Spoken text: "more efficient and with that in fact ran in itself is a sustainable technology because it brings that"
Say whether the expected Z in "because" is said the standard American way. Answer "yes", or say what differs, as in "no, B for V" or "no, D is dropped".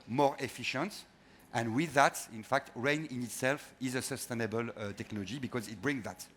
yes